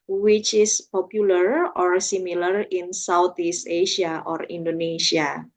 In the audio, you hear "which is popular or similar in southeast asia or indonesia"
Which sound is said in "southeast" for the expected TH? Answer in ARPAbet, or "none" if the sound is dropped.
T